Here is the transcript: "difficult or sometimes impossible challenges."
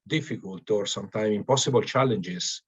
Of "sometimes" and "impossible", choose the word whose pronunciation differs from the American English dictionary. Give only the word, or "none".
sometimes